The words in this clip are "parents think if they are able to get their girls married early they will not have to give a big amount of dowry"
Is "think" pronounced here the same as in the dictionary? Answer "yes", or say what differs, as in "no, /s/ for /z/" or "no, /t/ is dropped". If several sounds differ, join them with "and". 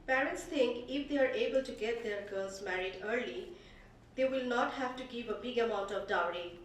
no, /t/ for /θ/